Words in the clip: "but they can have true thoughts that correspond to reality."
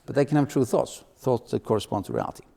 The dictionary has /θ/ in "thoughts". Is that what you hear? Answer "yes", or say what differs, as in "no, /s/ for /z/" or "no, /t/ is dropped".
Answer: yes